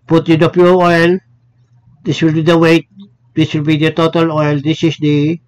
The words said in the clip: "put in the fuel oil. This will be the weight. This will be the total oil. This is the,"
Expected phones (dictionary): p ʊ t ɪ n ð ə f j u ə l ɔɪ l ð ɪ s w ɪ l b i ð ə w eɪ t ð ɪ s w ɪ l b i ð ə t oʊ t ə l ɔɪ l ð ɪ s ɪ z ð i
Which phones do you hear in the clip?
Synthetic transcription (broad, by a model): p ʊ t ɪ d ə p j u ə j l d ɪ s w ɪ l b i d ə w eɪ t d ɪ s w ɪ l b i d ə t oʊ t ə l ɔɪ l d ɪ s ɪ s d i